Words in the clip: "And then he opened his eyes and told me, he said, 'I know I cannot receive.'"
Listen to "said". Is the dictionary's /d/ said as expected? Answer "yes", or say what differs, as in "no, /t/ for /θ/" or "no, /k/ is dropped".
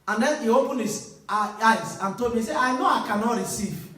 no, /d/ is dropped